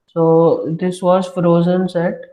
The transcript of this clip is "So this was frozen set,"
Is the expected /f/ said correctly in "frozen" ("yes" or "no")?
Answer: yes